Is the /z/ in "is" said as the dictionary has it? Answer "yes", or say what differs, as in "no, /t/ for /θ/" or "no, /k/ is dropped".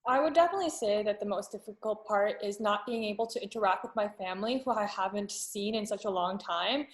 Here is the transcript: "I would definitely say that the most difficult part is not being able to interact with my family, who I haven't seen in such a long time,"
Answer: yes